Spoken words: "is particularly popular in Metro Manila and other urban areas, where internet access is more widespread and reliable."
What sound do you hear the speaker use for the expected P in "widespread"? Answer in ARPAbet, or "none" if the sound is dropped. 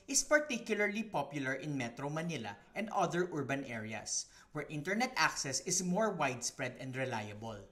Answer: P